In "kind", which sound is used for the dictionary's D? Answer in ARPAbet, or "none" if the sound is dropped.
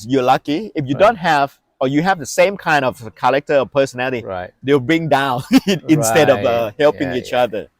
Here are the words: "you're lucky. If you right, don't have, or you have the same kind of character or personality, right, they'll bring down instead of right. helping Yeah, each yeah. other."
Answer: D